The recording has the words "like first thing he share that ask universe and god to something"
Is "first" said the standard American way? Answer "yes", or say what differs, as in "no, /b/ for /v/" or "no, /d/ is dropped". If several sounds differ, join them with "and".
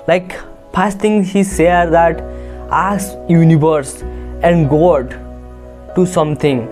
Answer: no, /p/ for /f/